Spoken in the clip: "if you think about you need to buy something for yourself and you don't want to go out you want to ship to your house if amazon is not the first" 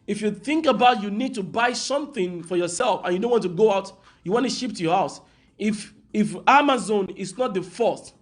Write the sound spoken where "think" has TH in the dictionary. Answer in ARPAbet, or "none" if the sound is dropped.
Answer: TH